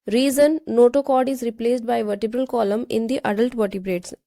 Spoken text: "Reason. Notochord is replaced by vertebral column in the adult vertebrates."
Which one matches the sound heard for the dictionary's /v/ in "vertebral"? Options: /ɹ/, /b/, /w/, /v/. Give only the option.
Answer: /v/